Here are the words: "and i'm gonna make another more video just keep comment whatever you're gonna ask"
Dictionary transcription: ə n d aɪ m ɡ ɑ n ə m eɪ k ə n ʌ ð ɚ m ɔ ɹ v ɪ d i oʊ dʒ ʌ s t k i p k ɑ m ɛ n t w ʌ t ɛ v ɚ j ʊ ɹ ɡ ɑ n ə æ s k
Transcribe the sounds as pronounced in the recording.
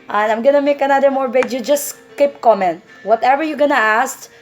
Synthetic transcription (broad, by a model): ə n aɪ m ɡ ɑ n ə m eɪ k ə n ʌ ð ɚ m ɔ ɹ b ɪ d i dʒ ʌ s t k i p k ɑ m ɛ n t w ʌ t ɛ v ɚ j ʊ ɡ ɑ n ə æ s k